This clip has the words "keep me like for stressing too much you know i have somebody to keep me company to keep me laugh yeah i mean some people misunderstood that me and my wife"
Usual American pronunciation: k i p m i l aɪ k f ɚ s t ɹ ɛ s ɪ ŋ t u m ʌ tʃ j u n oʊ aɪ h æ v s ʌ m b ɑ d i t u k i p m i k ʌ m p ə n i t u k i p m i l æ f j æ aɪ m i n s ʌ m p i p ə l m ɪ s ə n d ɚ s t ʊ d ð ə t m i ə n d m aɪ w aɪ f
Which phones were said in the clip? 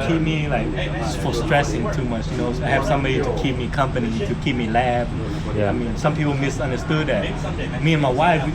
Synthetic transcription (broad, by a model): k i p m i l aɪ k f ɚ s t ɹ ɛ s ɪ ŋ t u m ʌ tʃ j u n oʊ aɪ h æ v s ʌ m b ɑ d i t u k i p m i k ʌ m p ə n i t u k i p m i l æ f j aɪ m i n s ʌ m p i p ə l m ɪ s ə n d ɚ s t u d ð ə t m i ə n m aɪ w aɪ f